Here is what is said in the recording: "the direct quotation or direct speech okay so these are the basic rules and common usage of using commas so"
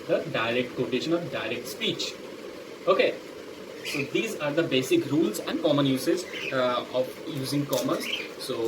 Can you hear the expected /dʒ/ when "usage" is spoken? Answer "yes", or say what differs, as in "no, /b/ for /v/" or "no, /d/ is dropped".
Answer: no, /z/ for /dʒ/